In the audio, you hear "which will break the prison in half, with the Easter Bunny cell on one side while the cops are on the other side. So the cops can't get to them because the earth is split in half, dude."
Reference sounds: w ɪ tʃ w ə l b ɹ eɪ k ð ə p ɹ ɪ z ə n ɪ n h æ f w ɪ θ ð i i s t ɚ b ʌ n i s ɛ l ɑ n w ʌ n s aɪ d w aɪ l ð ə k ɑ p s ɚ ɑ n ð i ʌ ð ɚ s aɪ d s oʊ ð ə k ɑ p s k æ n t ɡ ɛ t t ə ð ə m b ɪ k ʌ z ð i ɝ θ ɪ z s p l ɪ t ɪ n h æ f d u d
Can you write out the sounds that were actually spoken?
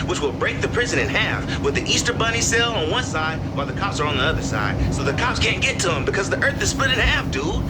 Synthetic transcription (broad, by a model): w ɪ tʃ w ə l b ɹ eɪ k ð ə p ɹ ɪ z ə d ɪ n h æ f w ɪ ð i i s t ɚ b ʌ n i s ɛ l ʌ n w ʌ n s aɪ d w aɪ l ð ə k ɑ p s ɚ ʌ n ð i ʌ ð ɚ s aɪ d s oʊ ð ə k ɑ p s k æ n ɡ ɛ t t ə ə m b ɪ k ʌ z ð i ɝ θ ɪ z s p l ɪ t ɪ n h æ f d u